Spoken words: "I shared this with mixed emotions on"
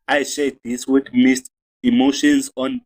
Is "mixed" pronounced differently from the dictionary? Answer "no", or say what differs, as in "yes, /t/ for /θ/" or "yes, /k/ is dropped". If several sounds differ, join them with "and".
yes, /k/ is dropped